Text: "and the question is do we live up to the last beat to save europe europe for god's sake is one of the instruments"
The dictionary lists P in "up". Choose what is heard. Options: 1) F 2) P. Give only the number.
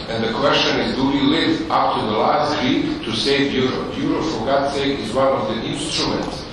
1